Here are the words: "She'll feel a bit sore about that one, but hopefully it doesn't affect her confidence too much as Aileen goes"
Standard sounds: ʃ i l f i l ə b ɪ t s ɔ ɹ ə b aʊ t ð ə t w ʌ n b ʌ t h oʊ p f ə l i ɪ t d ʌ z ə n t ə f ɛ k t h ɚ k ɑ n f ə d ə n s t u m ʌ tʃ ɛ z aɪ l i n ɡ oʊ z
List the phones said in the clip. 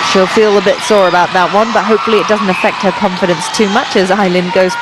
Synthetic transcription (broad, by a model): ʃ i l f i l ə b ɪ t s ɔ ɹ ə b aʊ t ð ə t w ʌ n b ʌ t h oʊ p f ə l i ɪ t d ʌ z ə n t ə f ɛ k t h ɚ k ɑ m f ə d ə n s t u m ʌ tʃ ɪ z aɪ l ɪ n ɡ oʊ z